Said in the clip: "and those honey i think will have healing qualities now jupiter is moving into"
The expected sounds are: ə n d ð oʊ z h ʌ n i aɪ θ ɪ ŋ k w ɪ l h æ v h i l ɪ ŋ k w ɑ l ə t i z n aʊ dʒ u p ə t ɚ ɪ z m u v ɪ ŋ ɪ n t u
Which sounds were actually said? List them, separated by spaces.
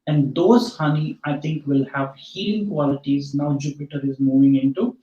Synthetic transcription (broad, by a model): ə n d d oʊ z h ʌ n i aɪ t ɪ ŋ k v ɪ l h æ v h i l k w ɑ l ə t i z n aʊ dʒ u p ə t ɚ ɪ z m u v ɪ ŋ ɪ n t u